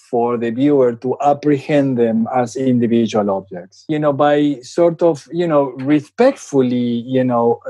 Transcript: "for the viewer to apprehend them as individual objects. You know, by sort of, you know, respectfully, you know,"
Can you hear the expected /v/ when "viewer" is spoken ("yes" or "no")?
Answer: no